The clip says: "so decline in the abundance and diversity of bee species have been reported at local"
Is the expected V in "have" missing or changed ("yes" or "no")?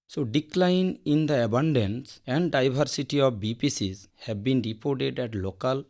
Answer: yes